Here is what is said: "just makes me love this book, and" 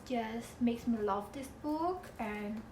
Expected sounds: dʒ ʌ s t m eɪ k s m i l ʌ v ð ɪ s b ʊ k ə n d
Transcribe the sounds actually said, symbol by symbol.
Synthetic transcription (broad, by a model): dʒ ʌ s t m eɪ k s m i l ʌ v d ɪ s b ʊ k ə n